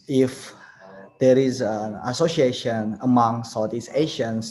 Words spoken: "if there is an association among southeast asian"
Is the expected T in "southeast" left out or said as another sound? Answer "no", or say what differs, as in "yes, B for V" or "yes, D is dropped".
yes, T is dropped